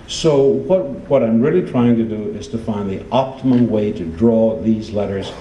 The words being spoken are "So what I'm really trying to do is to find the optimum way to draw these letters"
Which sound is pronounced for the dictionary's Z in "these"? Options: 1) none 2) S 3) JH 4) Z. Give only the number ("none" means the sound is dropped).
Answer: 4